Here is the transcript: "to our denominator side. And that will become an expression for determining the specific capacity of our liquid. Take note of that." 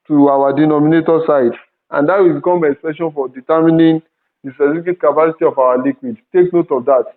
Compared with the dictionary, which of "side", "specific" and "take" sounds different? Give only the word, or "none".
specific